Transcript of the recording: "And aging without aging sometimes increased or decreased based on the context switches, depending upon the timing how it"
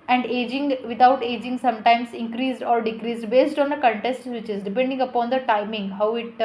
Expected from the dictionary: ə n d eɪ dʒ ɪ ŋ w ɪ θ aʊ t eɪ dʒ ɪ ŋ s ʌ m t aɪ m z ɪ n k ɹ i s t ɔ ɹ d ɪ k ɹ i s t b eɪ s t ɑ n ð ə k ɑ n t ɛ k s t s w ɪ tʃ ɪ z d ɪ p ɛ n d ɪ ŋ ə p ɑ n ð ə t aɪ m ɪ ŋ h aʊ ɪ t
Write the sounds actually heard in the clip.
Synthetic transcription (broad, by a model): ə n d eɪ dʒ ɪ ŋ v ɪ t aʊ t eɪ dʒ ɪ ŋ s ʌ m t aɪ m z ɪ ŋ k ɹ i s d ɔ ɹ d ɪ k ɹ i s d b eɪ s t ɑ n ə k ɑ n t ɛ s t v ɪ tʃ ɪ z d ɪ p ɛ n d ɪ ŋ ə p ɑ n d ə t aɪ m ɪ ŋ h aʊ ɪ t